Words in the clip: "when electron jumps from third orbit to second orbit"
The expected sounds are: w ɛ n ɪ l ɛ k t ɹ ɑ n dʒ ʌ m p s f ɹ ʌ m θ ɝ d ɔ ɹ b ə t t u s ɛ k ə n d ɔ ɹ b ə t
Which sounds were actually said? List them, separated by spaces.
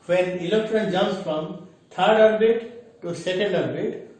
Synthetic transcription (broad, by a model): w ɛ n ɪ l ɛ k t ɹ ɑ n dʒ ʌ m s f ɹ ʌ m t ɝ d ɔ ɹ b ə t t u s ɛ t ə n d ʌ ɹ b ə t